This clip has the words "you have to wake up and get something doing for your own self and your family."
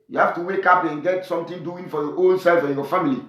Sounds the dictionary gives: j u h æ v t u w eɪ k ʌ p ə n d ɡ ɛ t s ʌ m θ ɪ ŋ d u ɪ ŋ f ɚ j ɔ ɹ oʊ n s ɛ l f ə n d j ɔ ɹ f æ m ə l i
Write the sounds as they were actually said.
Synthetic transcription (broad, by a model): j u h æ f t u w eɪ k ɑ p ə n ɡ ɛ t s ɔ m t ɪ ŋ d u ɪ ŋ f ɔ j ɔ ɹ oʊ n s ɛ l f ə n j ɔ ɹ f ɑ m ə l i